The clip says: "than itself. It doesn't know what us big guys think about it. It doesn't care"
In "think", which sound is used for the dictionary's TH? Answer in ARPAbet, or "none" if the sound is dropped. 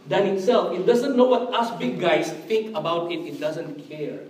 T